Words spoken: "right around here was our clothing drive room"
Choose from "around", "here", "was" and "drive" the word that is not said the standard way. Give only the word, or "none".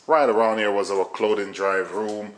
none